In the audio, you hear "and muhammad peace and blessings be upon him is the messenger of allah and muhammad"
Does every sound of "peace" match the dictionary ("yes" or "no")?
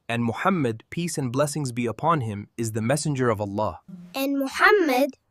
yes